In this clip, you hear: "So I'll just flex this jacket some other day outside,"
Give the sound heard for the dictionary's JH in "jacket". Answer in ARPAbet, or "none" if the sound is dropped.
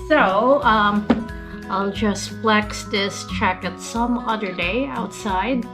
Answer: CH